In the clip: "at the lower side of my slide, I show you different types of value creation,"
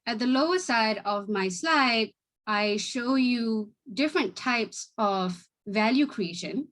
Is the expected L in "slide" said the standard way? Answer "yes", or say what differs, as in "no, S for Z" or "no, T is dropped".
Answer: yes